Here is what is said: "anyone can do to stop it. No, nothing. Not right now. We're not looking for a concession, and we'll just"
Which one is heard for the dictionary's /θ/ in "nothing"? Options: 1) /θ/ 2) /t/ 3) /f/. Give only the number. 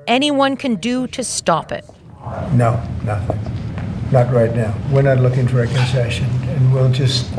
1